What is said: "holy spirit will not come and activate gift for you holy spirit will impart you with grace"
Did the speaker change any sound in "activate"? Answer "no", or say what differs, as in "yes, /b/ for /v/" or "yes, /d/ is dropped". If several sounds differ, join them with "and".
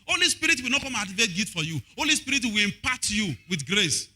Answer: yes, /k/ is dropped